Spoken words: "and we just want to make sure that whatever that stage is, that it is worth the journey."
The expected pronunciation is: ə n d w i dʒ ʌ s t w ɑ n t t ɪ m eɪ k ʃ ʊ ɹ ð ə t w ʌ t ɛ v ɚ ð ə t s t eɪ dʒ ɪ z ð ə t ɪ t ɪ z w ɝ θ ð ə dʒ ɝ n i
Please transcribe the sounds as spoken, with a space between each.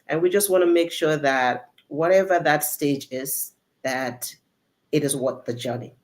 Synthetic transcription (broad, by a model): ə n w i dʒ ʌ s t w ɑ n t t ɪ m eɪ k ʃ ʊ ɹ ð ə t w ʌ t ɛ v ɚ ð ə t s t eɪ dʒ ɪ z ð ə t ɪ t ɪ z w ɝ t ð ə dʒ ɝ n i